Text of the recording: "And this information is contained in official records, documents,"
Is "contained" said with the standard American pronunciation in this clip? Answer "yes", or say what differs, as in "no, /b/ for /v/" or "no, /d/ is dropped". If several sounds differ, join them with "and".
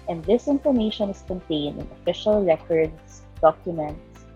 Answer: yes